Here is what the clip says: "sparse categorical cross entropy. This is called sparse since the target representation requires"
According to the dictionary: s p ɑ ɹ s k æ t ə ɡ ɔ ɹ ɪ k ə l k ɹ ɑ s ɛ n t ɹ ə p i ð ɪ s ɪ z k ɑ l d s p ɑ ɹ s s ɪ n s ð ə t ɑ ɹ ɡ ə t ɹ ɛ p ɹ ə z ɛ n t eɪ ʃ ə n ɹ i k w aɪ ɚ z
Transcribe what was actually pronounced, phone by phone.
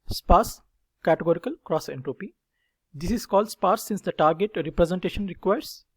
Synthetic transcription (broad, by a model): s p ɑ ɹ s k æ t ə ɡ ɔ ɹ ɪ k ə l k ɹ ɑ s ɛ n t ɹ ə p i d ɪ s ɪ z k ɑ l d s p ɑ ɹ s s ɪ n s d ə t ɑ ɹ ɡ ə t ɹ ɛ p ɹ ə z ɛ n t eɪ ʃ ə n ɹ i k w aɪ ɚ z